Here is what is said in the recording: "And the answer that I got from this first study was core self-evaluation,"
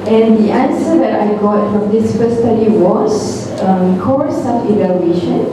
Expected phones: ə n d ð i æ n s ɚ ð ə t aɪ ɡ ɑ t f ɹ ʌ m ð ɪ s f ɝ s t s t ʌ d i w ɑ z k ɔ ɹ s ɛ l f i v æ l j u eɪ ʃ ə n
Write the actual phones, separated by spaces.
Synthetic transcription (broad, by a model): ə n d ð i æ n s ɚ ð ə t aɪ ɡ ɑ t f ɹ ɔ m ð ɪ s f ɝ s s t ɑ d i w ɑ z k ɔ ɹ s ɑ f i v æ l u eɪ ʃ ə n